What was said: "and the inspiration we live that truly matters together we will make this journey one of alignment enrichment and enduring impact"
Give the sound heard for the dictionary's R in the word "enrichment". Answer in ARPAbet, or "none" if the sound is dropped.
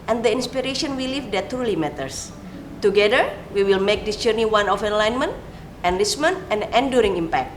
L